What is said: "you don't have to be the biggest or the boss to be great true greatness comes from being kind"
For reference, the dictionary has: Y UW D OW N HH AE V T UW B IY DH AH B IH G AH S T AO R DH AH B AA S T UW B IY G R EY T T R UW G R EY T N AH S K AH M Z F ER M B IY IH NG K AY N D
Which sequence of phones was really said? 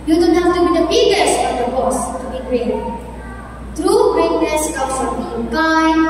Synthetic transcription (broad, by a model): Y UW D OW N HH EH F T UW B IY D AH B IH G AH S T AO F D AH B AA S T UW B IY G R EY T T R UW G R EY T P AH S K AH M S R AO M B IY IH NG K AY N